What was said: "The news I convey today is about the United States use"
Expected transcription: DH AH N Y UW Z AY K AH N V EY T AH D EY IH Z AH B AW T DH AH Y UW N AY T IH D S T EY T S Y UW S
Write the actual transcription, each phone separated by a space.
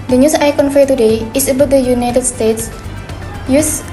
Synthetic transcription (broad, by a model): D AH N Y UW S AY K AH N F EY T AH D EY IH S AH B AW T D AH Y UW N AY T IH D S T EY T S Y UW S